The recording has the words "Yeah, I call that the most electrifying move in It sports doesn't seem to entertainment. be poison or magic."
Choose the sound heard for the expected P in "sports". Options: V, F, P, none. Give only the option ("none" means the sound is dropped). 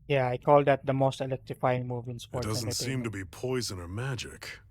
F